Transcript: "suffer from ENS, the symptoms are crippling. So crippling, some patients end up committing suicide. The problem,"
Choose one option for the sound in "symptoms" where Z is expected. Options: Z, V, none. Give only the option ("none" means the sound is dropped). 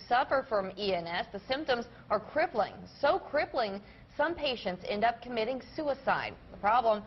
Z